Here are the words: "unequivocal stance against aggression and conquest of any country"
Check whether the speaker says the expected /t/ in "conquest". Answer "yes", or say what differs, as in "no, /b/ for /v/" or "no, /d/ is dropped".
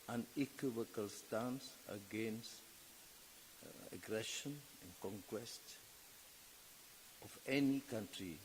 yes